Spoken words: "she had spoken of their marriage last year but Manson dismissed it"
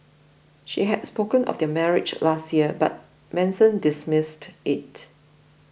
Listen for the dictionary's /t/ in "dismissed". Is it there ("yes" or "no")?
yes